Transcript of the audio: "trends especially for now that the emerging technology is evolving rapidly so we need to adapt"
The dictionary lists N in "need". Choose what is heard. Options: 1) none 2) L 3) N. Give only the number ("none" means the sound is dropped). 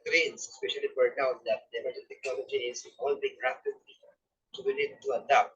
2